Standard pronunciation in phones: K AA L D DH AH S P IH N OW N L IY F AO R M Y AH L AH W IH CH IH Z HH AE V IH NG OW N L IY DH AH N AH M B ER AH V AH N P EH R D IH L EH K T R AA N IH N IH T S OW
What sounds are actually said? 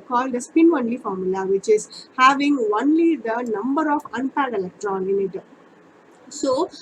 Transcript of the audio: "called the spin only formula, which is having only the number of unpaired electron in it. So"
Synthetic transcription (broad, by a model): K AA L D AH S P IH N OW N L IY F AO R M Y AH L AH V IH CH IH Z HH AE V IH NG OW N L IY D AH N AH M B ER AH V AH N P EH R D IH L EH K T R AA N IH N IH T S OW